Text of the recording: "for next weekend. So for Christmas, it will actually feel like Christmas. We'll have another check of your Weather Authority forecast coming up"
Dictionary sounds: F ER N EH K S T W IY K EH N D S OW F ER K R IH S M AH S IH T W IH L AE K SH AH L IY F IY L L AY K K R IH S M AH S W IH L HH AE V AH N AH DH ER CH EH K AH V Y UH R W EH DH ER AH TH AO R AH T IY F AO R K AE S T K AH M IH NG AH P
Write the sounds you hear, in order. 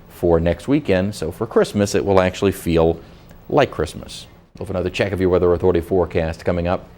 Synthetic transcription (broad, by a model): F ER N EH K S T W IY K EH N D S OW F ER K R IH S M AH S IH T W IH L AE K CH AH L IY F IY L L AY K K R IH S M AH S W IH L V AH N AH DH ER CH EH K AH V Y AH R W EH DH ER AH TH AO R AH T IY F AO R K AE S T K AH M IH NG AH P